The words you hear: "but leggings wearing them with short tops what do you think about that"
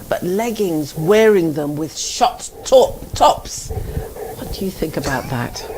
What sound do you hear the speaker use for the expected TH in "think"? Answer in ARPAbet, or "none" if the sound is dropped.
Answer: TH